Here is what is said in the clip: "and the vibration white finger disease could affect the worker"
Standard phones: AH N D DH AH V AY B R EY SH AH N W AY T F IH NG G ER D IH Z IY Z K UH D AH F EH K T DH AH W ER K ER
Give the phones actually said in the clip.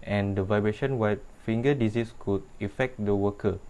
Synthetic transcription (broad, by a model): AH N D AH V AY B R EY SH AH N W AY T F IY NG G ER D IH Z IY S K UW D AH F EH K T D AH W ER K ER